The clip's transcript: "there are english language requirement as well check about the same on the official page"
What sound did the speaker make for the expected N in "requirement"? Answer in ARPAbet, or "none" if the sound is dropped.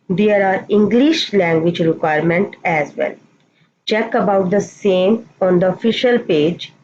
N